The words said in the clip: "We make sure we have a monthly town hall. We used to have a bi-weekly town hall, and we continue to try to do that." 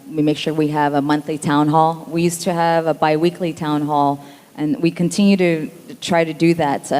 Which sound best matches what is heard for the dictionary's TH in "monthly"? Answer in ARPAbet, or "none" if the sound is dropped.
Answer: TH